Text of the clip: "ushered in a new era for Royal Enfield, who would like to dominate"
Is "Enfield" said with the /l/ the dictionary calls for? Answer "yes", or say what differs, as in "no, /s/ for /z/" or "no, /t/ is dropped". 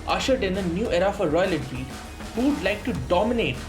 no, /l/ is dropped